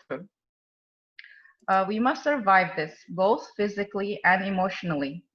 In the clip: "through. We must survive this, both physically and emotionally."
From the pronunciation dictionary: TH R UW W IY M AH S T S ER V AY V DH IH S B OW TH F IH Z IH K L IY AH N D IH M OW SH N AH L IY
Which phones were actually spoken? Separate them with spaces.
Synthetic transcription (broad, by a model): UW W IY M AH S T S ER V AY V DH IH S B OW TH F IH Z IH K L IY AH N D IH M OW SH N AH L IY